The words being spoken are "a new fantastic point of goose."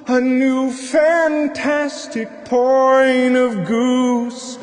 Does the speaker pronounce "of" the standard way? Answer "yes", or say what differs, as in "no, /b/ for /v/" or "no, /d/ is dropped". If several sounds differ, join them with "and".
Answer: yes